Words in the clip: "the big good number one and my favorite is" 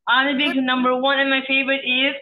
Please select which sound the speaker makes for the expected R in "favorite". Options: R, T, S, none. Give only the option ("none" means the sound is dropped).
none